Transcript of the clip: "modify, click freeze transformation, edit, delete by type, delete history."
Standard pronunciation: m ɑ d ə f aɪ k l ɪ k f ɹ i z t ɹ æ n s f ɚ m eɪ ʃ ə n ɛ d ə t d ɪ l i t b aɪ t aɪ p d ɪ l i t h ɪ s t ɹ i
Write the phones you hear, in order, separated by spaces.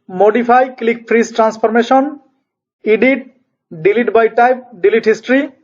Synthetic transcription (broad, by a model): m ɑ d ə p aɪ k l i k p ɹ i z t ɹ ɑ n s p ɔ m eɪ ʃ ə n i d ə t d ɪ l i t b aɪ t aɪ p d ɪ l i t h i s t ɹ i